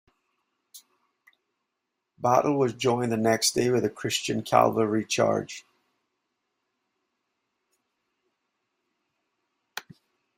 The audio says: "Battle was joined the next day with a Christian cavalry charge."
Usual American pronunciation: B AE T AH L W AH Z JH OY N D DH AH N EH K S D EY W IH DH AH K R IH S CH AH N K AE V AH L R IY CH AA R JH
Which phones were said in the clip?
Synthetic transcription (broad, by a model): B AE T L W AH Z JH OY N DH AH N EH K S D EY W IH DH AH K R IH S CH AH N K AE V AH R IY CH AA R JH